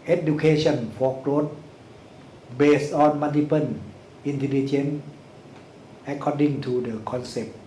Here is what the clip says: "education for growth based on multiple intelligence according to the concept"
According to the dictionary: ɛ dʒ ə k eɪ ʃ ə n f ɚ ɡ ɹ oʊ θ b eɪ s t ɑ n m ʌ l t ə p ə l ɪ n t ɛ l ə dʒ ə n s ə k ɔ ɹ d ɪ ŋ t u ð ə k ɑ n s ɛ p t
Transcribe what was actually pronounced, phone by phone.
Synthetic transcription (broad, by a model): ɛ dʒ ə k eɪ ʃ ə n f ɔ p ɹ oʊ t b eɪ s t ɑ n m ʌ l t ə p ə n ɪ n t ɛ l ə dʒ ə n ə k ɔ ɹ d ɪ ŋ t u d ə k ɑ n s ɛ p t